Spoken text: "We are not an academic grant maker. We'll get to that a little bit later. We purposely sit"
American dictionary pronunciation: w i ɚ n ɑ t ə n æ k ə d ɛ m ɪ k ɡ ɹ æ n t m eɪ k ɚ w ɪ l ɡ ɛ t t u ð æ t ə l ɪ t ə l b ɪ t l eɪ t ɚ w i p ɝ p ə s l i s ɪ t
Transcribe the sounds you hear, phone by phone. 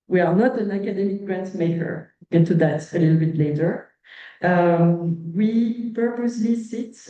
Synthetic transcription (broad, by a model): w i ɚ n ɑ t ə n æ k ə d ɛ m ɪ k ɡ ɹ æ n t m eɪ k ɚ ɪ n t t u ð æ t ə l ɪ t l b ɪ t l eɪ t ɚ w i p ɝ p ə s l i s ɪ t